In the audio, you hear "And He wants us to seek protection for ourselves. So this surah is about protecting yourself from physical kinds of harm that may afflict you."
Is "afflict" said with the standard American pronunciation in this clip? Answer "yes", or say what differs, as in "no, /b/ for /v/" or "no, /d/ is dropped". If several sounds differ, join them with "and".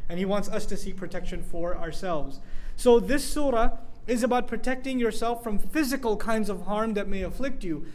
yes